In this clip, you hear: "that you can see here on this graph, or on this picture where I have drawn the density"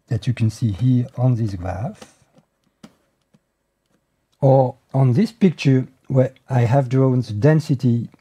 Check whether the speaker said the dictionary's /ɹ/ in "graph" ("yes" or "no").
yes